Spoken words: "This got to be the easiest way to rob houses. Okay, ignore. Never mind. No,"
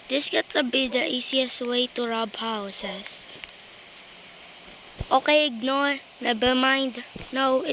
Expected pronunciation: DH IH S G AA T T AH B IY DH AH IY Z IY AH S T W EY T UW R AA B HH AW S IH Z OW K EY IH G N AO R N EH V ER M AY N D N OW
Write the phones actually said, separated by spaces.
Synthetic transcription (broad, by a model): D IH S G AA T T AH B IY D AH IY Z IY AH S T W EY T UW R AA B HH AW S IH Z OW K EY IH G N AO R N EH B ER M AY N D N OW